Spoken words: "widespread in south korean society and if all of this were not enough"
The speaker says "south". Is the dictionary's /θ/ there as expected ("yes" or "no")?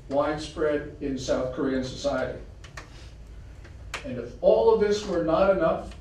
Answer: yes